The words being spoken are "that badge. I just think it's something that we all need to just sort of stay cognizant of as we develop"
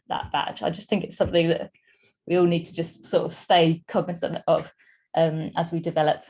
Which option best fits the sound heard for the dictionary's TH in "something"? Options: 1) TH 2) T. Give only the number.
1